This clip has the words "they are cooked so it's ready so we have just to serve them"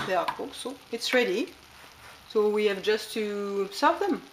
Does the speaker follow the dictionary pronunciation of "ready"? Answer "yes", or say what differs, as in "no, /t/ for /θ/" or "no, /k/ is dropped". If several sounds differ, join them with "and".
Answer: yes